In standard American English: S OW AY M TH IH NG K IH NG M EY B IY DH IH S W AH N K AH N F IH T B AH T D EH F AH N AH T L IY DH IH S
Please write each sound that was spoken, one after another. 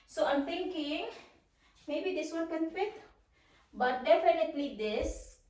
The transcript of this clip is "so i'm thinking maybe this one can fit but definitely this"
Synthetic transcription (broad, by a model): S OW AY M T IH NG K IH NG M EY B IY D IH S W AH L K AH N F IH T B AH T D EH F AH N AH T L IY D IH S